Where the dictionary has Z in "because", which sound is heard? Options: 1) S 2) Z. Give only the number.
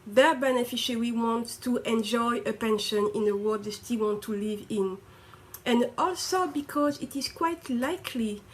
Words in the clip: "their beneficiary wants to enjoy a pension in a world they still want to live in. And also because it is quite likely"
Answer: 2